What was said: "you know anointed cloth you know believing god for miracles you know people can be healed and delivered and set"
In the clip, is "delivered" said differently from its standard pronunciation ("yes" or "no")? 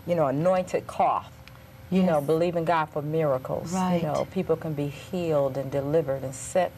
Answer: no